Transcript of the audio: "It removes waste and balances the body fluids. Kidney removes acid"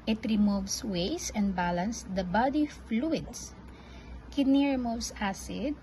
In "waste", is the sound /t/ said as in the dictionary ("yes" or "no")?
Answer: no